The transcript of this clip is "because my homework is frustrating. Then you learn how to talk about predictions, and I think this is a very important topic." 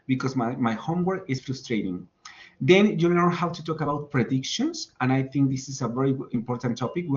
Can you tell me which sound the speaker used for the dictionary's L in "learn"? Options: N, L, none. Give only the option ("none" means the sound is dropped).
N